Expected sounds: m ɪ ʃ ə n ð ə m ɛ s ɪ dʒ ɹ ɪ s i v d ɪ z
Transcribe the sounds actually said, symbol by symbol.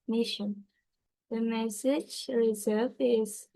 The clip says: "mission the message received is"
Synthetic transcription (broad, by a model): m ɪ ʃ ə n ð ə m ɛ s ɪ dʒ ɹ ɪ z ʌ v ɪ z